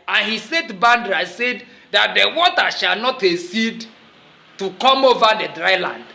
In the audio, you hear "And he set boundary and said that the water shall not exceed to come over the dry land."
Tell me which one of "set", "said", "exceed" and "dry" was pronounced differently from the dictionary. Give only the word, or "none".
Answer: exceed